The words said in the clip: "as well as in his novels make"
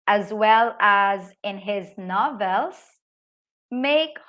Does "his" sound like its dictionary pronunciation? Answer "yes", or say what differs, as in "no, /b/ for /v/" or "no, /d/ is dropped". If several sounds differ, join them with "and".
yes